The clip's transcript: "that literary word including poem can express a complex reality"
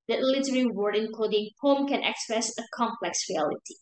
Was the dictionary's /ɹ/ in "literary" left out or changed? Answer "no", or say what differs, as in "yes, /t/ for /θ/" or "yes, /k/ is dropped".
yes, /w/ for /ɹ/